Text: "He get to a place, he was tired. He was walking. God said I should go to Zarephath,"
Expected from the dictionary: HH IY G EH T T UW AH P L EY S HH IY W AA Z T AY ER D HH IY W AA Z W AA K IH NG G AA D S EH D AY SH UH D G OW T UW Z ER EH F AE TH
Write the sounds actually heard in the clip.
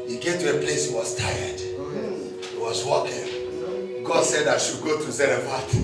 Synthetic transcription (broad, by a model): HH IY G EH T T UW AH P L EY S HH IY W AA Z T AY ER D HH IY W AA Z W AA K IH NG G AA D S EH D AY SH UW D G OW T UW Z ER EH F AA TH